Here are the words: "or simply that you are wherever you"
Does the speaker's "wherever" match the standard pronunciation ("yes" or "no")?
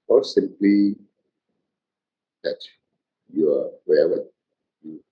no